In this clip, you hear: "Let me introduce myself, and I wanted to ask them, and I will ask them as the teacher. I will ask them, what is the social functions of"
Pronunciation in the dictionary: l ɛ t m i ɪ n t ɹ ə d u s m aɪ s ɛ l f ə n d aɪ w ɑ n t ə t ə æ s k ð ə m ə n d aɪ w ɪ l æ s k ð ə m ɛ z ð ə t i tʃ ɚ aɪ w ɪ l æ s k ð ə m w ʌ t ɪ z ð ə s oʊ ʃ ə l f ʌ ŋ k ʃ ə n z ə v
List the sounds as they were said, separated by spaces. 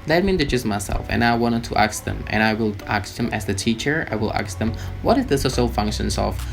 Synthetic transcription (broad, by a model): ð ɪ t m i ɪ n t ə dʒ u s m aɪ s ɛ l f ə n aɪ w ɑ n t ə t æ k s ð ə m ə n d aɪ w ɪ l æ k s ð ə m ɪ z ð ə t i tʃ ɚ aɪ w ɪ l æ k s ð ə m w ʌ t ɪ z ð ə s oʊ s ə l f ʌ ŋ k ʃ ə n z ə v